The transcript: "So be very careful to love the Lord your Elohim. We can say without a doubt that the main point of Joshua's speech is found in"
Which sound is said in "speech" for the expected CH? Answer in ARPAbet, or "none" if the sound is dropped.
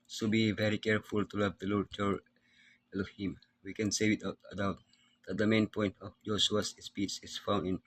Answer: S